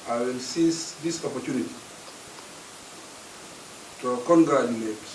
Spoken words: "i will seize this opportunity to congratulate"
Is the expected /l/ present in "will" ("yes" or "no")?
yes